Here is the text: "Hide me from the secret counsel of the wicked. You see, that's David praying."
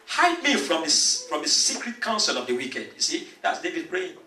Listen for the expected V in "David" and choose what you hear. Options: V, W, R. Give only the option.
V